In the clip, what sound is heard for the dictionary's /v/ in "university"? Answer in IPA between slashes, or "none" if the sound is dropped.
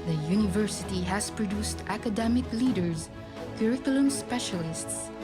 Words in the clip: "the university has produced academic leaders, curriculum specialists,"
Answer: /v/